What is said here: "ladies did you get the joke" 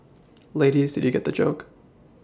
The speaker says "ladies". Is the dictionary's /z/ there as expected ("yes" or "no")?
yes